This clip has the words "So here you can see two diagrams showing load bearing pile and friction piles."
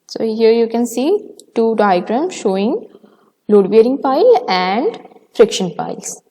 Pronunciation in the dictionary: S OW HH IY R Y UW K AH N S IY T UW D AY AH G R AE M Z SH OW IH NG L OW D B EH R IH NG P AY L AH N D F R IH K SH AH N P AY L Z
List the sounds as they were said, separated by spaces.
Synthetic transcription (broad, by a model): S OW HH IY R Y UW K AH N S IY T UW D AY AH G R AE M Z SH OW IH NG L OW D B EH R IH NG P AY L AH N D F R IH K SH AH N P AY L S